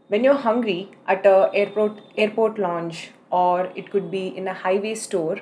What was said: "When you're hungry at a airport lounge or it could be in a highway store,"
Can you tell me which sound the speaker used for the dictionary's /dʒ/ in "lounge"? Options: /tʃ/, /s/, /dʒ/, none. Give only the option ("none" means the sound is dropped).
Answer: /tʃ/